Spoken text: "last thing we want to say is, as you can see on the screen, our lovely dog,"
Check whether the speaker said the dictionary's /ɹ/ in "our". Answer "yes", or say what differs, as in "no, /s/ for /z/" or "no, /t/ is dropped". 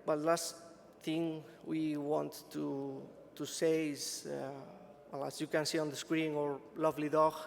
yes